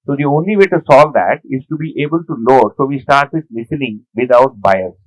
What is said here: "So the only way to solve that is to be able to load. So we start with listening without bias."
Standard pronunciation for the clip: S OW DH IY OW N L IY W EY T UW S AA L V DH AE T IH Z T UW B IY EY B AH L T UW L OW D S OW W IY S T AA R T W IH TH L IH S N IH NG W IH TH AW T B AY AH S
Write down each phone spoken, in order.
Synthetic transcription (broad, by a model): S OW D IY OW N L IY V EY T UW S AA L V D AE T IH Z T UW B IY EY B AH L T UW L OW D S OW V IY S T AA R T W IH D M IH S L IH NG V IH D AW T B AY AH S